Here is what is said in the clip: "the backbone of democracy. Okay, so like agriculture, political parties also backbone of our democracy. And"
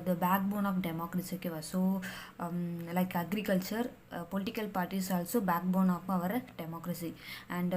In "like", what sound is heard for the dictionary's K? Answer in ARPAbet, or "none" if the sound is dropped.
K